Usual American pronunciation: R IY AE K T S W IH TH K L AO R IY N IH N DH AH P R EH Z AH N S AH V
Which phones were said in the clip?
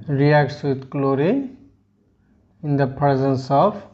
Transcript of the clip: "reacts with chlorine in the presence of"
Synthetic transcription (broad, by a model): R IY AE K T S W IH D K L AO R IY IH N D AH P R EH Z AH N S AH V